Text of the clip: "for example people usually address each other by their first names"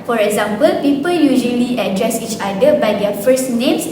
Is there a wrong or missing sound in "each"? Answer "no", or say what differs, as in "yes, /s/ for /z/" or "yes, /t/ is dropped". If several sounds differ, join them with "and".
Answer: no